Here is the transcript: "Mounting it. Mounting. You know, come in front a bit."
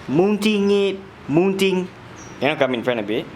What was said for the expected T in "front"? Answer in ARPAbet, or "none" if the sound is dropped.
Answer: none